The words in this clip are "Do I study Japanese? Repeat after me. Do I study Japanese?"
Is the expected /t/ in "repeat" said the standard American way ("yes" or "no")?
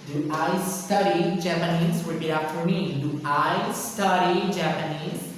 no